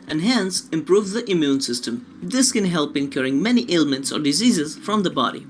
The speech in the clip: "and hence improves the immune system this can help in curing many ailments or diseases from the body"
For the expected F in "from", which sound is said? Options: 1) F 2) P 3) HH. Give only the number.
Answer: 1